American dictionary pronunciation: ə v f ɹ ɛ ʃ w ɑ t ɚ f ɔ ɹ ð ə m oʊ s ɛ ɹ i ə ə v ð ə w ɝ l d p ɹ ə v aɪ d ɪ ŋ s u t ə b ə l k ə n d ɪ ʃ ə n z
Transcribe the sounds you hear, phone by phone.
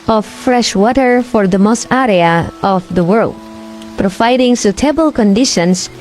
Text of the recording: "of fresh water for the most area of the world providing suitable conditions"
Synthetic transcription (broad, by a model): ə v f ɹ ɛ ʃ w ɑ t ɚ f ɔ ɹ ð ə m oʊ s ɛ ɹ i ə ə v ð ə w ɝ l d p ɹ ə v aɪ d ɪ ŋ s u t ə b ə l k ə n d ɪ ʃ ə n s